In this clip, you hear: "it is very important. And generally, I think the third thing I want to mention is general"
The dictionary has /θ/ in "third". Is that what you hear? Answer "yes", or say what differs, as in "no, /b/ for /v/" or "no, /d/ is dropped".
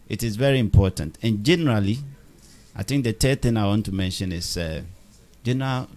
no, /t/ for /θ/